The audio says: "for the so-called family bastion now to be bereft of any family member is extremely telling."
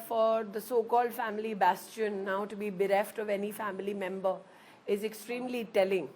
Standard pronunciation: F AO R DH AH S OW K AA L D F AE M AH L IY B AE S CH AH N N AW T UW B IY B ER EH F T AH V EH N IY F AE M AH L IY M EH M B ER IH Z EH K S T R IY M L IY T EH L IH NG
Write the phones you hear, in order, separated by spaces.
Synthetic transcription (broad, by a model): F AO R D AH S OW K AA L D F AE M AH L IY B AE S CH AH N N AW T UW B IY B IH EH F T AH V EH N IY F AE M AH L IY M EH M B ER IH Z EH K S T R IY M L IY T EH L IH NG